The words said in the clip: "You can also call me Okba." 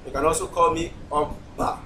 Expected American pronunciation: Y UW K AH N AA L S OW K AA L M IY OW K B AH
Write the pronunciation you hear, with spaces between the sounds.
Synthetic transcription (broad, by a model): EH K AH N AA S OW K AA L M IY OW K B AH